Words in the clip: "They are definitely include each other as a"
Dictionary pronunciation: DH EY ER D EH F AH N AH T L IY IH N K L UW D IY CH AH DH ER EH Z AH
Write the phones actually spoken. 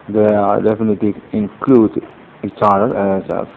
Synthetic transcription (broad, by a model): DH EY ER D EH F AH N AH T L IY IH N K L UW D IY CH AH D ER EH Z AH